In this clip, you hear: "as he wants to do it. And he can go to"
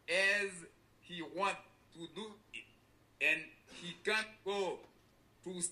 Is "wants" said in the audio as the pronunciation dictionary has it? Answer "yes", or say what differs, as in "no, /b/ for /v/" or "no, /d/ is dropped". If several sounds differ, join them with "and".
no, /s/ is dropped